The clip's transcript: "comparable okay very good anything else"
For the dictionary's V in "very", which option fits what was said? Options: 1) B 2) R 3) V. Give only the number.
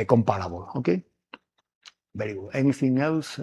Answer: 1